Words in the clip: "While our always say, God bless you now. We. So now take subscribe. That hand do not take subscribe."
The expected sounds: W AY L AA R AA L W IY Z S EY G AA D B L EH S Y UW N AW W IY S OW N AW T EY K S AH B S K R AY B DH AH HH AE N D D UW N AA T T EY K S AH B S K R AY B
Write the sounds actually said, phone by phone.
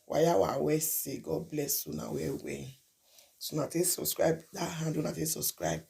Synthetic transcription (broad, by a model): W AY AA W AA W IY S EY G AA D B L EH S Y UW N AW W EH S OW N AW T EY S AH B S K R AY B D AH HH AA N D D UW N AA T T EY S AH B S K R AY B